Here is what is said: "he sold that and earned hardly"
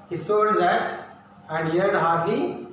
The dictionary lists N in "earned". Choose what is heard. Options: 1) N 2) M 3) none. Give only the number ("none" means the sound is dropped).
3